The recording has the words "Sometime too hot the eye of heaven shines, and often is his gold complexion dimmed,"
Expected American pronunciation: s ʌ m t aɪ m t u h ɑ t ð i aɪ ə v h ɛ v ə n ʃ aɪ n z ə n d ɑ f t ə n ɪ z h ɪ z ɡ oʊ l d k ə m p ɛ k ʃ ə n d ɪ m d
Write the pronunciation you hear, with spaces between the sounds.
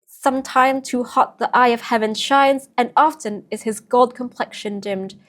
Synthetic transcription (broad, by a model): s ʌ m t aɪ m t u h ɑ t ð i aɪ ə v h ɛ v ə n ʃ aɪ n z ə n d ɑ f t ə n ɪ z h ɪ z ɡ oʊ l d k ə m p ɛ k ʃ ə n d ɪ m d